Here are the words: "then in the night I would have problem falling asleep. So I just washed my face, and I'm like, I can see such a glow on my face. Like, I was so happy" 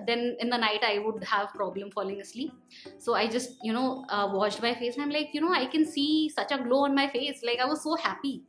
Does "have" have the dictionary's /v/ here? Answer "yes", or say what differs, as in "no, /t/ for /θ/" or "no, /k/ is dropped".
yes